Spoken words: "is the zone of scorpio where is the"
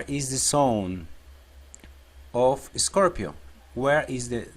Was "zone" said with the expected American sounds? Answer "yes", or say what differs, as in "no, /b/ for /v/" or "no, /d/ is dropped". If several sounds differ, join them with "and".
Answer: no, /s/ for /z/